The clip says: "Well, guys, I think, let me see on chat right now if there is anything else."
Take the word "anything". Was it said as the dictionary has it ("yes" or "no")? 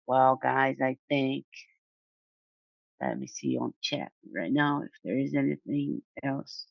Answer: yes